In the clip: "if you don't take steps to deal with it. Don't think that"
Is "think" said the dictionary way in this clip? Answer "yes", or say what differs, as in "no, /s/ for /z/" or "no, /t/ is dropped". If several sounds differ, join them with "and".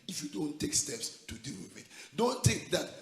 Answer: no, /t/ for /θ/ and /ŋ/ is dropped